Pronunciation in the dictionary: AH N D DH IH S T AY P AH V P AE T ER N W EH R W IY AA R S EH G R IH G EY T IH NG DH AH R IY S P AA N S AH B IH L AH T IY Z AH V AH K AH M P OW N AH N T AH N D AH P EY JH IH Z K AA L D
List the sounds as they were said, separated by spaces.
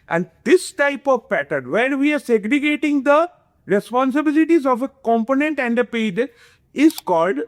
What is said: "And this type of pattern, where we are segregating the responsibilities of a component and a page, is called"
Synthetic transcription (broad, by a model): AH N D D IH S T AY P AH V P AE T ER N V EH R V IY AA R S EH G R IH G EY T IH NG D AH R IY S P AA N S AH B IH L AH T IY Z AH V AH K AH M P OW N AH N T AH N D AH P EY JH IH Z K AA L D